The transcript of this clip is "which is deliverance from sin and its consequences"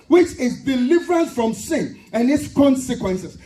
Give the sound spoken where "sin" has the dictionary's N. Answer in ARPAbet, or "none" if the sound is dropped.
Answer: N